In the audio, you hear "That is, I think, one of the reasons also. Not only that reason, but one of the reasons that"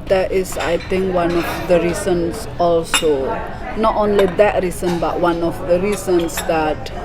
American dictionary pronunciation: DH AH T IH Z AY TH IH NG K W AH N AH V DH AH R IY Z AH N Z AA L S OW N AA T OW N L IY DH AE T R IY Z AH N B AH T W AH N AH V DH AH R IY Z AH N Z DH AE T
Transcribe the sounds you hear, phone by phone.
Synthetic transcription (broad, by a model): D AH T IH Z AY T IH NG K W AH N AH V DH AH R IY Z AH N S AA L S OW N AA T OW N L IY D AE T R IY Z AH N B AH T W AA N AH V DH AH R IY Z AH N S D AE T